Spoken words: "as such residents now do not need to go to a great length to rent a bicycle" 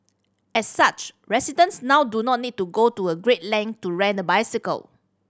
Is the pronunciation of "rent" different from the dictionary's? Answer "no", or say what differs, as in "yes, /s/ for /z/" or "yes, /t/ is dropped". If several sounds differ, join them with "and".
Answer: yes, /t/ is dropped